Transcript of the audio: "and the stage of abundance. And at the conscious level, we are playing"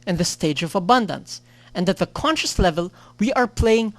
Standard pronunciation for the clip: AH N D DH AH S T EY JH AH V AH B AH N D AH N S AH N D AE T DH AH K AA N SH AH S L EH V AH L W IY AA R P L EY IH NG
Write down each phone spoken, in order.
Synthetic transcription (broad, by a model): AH N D DH AH S T EY JH AH V AH B AH N D AH N S AH N D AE T DH AH K AA N SH AH S L EH V AH L W IY AA R P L EY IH NG